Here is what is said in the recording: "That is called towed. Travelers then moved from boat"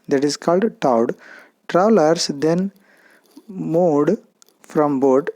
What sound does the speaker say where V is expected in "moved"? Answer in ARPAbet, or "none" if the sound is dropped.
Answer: none